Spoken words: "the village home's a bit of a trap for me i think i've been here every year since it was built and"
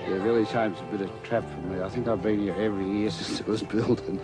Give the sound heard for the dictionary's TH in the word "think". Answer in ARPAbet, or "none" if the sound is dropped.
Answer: TH